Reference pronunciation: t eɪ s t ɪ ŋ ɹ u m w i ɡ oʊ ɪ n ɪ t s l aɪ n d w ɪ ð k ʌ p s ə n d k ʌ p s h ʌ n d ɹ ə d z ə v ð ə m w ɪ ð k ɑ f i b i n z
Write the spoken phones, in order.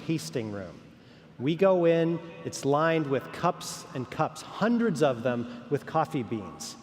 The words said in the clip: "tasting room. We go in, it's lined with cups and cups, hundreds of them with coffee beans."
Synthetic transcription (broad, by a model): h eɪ s t ɪ ŋ ɹ u m w i ɡ oʊ ɪ n ɪ t s l aɪ n d w ɪ ð k ʌ p s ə n k ʌ p s h ʌ n d ɹ ə d z ə v ð ə m w ɪ ð k ɑ f i b i n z